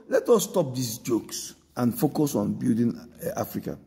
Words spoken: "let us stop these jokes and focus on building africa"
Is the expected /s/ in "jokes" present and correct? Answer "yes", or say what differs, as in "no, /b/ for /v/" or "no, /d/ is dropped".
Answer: yes